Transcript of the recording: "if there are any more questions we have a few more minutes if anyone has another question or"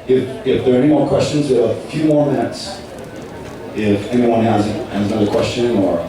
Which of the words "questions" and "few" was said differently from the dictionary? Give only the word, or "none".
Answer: none